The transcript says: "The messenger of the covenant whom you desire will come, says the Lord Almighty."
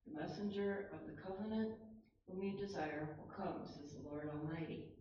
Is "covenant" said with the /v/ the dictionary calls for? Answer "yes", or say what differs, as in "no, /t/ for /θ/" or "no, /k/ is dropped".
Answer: yes